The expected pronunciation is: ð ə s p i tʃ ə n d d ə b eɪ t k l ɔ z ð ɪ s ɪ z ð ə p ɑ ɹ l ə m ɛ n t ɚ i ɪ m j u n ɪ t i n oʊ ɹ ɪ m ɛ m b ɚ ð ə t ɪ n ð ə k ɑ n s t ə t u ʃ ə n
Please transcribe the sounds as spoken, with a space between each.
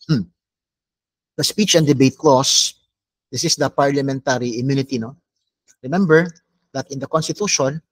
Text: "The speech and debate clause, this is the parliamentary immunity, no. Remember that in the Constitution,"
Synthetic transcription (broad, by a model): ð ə s p i tʃ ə n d d ə b eɪ t k l ɔ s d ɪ s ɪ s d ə p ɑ ɹ l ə m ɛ n t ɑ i ɪ m j u n ɪ t i n oʊ ɹ ɪ m ɛ m b ɚ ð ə t ɪ n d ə k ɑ n s t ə t u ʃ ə n